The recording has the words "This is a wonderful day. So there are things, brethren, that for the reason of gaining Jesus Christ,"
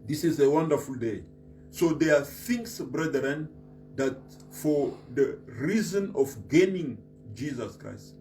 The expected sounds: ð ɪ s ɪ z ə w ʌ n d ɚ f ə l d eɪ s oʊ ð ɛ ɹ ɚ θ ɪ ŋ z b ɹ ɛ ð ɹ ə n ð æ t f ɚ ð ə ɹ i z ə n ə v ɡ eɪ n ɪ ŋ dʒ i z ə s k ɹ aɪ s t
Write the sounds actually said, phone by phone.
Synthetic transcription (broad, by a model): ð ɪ s ɪ z ə w ʌ n d ɚ f ə l d eɪ s oʊ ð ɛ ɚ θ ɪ ŋ s b ɹ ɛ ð ɹ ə n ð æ t f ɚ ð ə ɹ i z ə n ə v ɡ eɪ n ɪ ŋ dʒ i z ə s k ɹ aɪ s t